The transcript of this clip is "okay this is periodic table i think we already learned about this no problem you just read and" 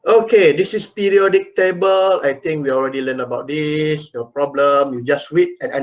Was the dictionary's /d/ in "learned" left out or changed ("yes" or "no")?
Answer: yes